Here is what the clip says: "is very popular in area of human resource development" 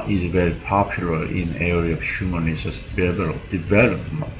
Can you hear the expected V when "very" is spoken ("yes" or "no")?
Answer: yes